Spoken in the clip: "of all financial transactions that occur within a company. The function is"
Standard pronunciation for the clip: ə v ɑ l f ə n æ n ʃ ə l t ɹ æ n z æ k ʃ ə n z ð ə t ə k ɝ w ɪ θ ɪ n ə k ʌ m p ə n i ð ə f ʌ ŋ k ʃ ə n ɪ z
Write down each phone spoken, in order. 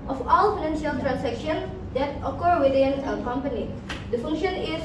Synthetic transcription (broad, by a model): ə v ɑ l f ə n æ n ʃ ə l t ɹ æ n s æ k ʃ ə n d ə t ə k ɝ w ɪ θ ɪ n ə k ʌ m p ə n i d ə f ʌ ŋ k ʃ ə n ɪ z